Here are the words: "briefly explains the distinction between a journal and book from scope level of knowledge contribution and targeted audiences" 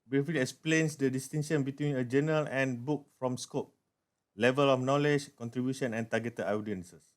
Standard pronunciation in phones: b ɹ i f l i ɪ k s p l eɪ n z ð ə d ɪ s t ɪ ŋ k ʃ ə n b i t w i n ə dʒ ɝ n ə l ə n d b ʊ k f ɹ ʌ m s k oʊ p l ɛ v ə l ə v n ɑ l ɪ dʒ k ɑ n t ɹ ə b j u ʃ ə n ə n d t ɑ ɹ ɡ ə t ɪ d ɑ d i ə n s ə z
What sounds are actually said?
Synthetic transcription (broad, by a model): b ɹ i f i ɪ k s p l eɪ n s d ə d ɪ s t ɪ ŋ ʃ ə n b i t w i n ə dʒ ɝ n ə l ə n b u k f ɹ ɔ m s k oʊ p l ɛ v ə l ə f n ɑ l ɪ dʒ k ɑ n t ɹ ə b j u ʃ ə n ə n t ɑ ɡ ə t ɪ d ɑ d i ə n s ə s